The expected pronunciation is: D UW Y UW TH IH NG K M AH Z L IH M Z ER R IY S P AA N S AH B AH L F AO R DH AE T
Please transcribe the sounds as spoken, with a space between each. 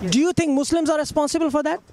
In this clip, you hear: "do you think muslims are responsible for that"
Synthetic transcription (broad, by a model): D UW Y UW T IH NG K M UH S L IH M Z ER R IY S P AA N S AH B AH L F AO R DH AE T